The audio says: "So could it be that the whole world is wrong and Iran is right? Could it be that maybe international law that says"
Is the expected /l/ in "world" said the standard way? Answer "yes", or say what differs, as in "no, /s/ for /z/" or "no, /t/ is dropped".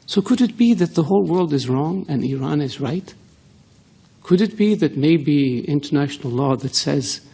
yes